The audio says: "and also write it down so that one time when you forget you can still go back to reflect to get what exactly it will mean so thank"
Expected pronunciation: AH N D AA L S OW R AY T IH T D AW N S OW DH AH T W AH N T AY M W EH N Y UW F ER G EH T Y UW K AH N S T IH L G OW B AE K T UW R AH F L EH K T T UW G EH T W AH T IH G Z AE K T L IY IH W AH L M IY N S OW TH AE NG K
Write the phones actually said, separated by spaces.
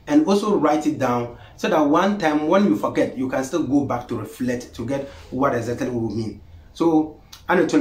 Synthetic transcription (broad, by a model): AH N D AA L S OW R AY T IH T D AW N S OW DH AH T W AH N T AY M W EH N Y UW F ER G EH T Y UW K AH N S T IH L G OW B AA K T UW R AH F L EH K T T UW G EH T W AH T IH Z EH T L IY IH M IY N S OW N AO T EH